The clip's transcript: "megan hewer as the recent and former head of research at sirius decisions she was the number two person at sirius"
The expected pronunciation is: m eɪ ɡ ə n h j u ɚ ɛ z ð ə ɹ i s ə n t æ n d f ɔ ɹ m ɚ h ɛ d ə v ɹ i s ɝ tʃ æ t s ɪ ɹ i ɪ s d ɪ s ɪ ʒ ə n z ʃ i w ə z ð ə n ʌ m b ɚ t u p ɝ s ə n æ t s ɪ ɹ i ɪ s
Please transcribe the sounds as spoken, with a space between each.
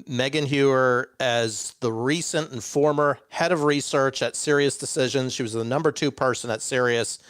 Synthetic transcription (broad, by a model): m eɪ ɡ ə n h j u ɚ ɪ z ð ə ɹ i s ə n t n f ɔ ɹ m ɚ h ɛ d ə v ɹ i s ɝ tʃ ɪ t s ɪ ɹ i ɪ s d ɪ s ɪ ʒ ə n z ʃ i w ə z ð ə n ʌ m b ɚ t u p ɝ s ə n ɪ t s ɪ ɹ i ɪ s